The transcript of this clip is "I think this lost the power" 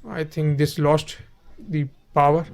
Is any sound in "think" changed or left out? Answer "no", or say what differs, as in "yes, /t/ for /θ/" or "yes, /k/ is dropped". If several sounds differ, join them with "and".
yes, /t/ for /θ/